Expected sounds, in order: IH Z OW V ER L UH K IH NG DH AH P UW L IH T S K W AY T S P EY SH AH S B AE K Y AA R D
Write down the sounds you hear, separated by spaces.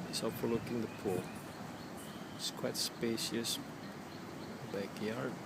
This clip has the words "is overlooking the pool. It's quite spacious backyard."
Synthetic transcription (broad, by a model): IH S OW F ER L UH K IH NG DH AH P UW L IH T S K W AY T S P EY SH AH S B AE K Y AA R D